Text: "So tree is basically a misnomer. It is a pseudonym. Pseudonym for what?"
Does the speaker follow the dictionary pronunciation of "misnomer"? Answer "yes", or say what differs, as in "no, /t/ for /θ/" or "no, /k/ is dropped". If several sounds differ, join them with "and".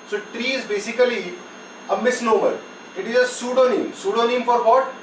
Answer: yes